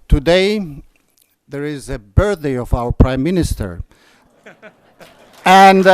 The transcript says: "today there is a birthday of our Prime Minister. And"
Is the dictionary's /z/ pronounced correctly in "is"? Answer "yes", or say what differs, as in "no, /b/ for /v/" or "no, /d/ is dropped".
yes